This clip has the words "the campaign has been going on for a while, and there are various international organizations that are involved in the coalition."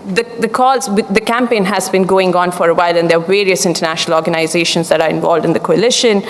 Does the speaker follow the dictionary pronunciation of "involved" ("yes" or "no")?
yes